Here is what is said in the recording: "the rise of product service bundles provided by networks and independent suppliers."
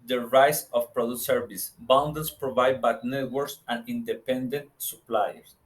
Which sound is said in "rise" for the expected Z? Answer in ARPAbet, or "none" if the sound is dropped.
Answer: S